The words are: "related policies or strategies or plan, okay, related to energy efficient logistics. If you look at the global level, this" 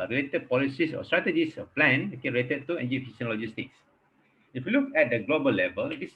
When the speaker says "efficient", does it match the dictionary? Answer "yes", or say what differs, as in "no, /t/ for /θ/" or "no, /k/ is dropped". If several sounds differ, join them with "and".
no, /s/ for /ʃ/